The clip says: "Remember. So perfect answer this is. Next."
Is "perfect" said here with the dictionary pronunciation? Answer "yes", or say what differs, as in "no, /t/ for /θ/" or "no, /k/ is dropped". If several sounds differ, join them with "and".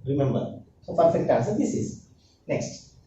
no, /f/ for /p/